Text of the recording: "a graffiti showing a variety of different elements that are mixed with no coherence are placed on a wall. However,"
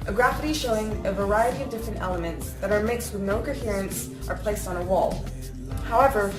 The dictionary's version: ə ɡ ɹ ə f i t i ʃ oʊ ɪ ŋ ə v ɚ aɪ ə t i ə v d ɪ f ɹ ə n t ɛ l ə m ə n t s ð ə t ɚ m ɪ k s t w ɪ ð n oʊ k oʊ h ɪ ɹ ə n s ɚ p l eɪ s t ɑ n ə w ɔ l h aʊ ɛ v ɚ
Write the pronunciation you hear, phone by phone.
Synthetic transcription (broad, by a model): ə ɡ ɹ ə f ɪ t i ʃ oʊ ɪ ŋ ə v ɚ aɪ ə t i ə v d ɪ f ɹ ə n t ɛ l ə m ə n t s ð ə t ɚ m ɪ k s t w ɪ ð n oʊ k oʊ h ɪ ɹ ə n s ɚ p l eɪ s t n ə w ɔ l h aʊ ɛ v ɚ